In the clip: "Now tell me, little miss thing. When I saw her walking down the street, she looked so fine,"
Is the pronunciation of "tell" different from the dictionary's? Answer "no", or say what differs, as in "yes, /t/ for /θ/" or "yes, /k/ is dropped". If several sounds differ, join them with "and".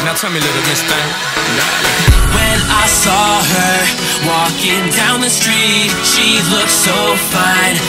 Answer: yes, /w/ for /l/